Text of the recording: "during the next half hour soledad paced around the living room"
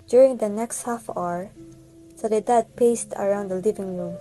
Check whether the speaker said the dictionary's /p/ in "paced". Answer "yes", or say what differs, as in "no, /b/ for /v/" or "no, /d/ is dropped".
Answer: yes